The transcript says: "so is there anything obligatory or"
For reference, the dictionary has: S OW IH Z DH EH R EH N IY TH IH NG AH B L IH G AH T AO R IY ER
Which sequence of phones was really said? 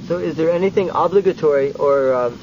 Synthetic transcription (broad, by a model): S OW IH Z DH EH R EH N IY TH IH NG AH B L IH G AH T AO R IY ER